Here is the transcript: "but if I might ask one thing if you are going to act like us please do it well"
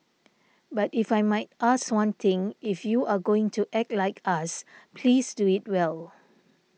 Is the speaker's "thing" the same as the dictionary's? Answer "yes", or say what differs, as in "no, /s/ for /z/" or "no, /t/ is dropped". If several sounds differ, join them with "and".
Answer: no, /t/ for /θ/